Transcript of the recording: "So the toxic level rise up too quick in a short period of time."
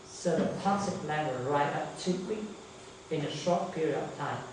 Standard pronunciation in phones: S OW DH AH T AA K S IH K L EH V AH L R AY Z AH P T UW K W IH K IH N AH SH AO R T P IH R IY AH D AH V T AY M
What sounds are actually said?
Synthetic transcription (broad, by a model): S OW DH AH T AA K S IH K L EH W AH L R AY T AH P T UW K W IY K IH N AH SH AO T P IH R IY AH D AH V T AY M